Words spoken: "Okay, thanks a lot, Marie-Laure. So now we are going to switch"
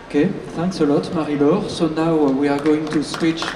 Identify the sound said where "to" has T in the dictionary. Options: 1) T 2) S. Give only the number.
1